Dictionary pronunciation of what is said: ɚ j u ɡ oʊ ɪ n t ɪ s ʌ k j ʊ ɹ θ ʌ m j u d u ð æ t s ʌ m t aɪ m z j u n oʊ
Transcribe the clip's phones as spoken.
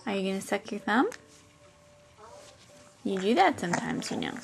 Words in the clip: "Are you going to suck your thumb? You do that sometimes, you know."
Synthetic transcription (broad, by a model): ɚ j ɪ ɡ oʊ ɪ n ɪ s ʌ k j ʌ ɹ θ ʌ m j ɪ d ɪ ð æ t s ʌ m t aɪ m z j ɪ n oʊ